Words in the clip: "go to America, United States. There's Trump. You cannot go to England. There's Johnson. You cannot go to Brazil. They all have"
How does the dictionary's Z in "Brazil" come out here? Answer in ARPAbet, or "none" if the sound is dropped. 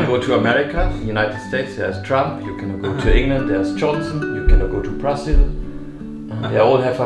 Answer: S